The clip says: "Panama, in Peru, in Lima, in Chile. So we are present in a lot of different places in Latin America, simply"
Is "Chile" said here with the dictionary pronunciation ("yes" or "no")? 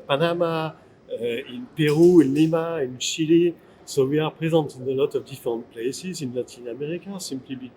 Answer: no